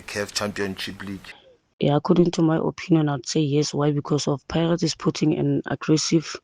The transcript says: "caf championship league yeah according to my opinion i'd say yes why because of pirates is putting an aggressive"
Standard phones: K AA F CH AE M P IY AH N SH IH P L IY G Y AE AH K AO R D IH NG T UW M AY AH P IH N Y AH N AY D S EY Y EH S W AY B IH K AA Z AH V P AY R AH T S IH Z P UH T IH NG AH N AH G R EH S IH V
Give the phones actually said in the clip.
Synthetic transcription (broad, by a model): K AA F CH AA M P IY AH N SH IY P L IY G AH K AO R D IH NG T UW M AY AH P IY N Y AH N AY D S EY Y EH S W AY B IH K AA S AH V P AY R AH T IH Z P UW T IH NG AH N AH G R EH S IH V